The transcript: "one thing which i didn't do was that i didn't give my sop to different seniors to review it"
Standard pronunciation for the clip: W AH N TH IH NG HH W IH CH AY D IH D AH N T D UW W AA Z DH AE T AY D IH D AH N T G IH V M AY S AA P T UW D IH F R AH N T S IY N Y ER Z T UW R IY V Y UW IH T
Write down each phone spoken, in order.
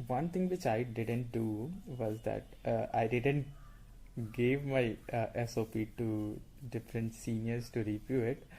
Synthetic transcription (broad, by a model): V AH N T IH NG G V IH CH AY D IH D AH N T D UW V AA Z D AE T AY D IH D AH N T G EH V M AY S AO P T UW D IH F R AH N T S IY N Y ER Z T UW R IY P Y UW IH T